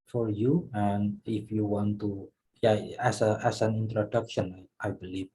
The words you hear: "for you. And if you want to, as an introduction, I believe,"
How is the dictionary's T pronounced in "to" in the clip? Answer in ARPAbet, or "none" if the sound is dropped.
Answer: S